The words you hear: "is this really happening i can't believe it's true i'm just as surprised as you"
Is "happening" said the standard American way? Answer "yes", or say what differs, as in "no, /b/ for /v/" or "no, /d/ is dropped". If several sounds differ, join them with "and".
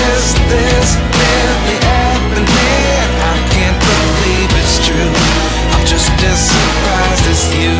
no, /p/ is dropped